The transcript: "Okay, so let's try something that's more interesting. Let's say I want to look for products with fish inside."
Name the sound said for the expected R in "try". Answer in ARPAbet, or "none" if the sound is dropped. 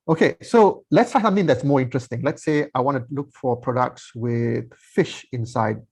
none